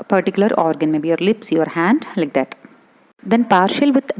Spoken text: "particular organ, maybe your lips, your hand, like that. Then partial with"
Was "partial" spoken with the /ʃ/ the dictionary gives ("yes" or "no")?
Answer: yes